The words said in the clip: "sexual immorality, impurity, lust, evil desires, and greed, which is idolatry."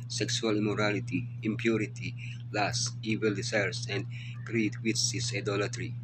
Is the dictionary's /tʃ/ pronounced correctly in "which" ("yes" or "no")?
no